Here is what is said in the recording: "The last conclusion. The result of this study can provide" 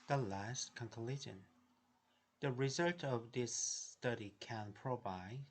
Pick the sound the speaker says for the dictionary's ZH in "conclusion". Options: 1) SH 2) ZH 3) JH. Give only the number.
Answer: 1